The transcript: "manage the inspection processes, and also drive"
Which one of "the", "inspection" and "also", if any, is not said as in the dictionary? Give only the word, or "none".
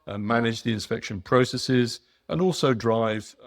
none